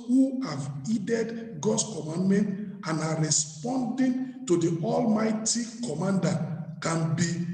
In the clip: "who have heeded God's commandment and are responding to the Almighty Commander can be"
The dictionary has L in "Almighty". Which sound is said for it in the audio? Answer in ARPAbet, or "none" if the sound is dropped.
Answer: L